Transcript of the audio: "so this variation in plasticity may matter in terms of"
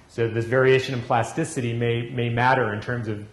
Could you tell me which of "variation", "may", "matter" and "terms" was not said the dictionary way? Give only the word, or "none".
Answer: none